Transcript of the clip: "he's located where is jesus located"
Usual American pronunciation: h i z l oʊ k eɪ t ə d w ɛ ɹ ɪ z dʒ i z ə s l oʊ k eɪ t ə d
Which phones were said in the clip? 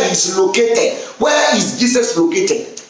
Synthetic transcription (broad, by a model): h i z l oʊ k eɪ t ə d w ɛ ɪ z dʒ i s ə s l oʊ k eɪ t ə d